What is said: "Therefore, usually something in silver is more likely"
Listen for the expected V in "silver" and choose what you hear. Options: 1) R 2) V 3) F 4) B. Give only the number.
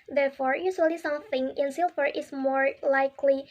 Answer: 3